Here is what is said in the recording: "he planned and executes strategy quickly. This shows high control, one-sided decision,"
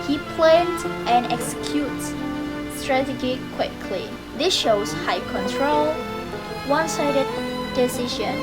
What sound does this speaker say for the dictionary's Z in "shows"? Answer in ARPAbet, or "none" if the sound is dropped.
S